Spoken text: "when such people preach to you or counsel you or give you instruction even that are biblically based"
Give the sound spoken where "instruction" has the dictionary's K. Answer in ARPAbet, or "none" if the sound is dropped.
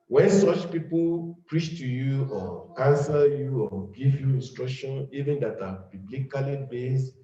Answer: K